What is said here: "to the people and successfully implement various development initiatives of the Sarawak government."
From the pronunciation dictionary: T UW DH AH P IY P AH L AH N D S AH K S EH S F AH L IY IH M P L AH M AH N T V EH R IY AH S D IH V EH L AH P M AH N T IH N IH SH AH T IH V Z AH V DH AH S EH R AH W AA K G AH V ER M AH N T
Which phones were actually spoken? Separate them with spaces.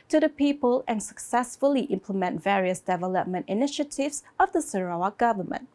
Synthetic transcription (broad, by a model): T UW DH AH P IY P AH L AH N S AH K S EH S F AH L IY IH M P L AH M AH N T V EH R IY AH S D IH V EH L AH P M AH N T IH N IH SH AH T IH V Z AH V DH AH S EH R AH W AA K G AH V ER M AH N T